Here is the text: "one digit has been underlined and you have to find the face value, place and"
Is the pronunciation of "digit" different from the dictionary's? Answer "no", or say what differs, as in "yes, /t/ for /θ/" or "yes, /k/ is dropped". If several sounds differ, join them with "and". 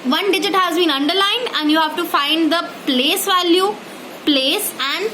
no